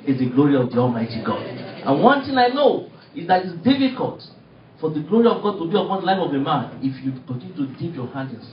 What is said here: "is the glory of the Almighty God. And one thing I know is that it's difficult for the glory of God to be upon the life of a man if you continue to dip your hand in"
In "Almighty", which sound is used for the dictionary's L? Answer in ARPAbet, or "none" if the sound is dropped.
L